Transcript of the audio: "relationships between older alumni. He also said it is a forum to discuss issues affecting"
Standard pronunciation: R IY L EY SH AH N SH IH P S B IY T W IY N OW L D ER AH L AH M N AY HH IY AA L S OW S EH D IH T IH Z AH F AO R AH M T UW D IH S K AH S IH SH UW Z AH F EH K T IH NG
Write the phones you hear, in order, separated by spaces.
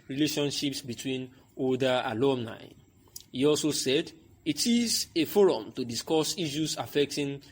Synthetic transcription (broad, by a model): R IY L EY SH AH N SH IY P S B IY T W IY N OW D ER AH L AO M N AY HH IY AA L S OW S EH D IH T IH Z AH F AO R AH M T UW D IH S K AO S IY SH UW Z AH F EH K T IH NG